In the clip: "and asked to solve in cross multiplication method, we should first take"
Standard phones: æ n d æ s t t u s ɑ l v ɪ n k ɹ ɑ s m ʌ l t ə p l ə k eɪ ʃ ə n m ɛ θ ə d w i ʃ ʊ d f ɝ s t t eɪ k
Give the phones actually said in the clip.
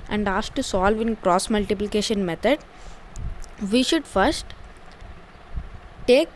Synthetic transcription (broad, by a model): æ n d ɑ s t t u s ɑ l v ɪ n k ɹ ɑ s m ʌ l t ə p l ə k eɪ ʃ ə n m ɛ t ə d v i ʃ ʊ d f ɝ s t t eɪ k